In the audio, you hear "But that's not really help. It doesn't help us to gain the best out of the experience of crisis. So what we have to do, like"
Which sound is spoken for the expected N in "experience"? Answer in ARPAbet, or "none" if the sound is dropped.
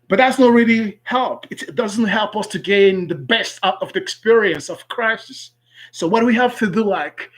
N